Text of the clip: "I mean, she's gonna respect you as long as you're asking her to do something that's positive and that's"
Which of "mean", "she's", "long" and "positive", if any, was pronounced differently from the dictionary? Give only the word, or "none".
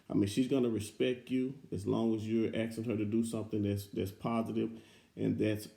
none